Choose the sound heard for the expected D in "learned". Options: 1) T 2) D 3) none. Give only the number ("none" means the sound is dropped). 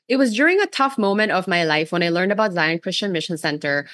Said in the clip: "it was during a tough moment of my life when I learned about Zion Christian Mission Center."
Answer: 2